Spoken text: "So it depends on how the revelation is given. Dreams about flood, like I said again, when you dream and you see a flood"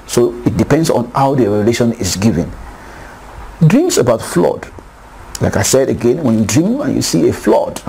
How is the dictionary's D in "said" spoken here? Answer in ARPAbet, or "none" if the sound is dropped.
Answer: D